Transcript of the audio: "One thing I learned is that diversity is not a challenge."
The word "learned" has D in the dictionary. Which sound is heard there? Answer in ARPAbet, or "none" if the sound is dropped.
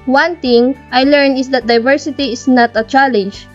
none